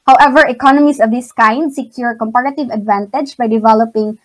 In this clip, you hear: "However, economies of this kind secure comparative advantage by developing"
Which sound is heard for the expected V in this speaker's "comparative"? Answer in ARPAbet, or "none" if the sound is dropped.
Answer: V